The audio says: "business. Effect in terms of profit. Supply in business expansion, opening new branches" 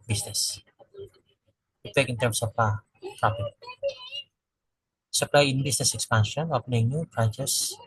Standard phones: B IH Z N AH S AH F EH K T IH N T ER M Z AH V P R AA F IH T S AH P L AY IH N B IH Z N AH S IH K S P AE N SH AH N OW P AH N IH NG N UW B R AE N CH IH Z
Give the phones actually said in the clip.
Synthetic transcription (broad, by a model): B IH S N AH S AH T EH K IH N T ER M S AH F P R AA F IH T S AH P L AY IH N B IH S N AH S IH K S P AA N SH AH N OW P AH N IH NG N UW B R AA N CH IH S